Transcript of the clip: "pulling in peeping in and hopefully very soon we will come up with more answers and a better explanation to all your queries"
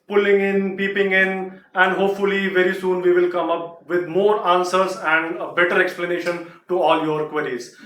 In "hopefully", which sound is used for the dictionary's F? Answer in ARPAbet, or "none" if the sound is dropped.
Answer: F